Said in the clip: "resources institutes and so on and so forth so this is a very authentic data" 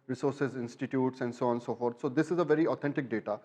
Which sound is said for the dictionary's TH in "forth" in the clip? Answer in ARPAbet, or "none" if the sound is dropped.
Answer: T